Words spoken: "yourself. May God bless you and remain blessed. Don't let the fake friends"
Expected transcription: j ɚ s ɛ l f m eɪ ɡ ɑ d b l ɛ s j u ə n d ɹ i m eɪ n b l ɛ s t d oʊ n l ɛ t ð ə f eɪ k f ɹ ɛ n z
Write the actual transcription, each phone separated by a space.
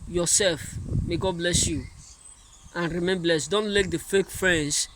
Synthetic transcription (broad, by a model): j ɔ s ɛ l f m eɪ ɡ ɑ d b l ɛ s j u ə n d ɹ i m eɪ n b l ɛ s t d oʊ n l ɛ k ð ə f eɪ k f ɹ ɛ n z